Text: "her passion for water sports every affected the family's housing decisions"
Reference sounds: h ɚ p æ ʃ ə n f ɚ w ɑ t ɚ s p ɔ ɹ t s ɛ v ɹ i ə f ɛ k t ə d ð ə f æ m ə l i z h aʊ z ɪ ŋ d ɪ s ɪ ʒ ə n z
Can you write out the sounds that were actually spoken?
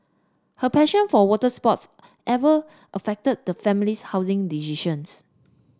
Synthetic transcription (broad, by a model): h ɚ p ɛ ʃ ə n f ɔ w ɑ t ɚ s p ɔ t s ɛ v i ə f ɛ k t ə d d ə f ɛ m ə l i s h aʊ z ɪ ŋ d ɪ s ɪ ʃ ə n s